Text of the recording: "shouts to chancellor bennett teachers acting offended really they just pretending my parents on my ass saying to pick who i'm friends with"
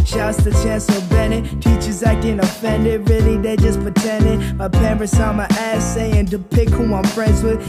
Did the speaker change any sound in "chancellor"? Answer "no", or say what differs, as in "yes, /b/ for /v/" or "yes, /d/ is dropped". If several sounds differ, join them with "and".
yes, /l/ is dropped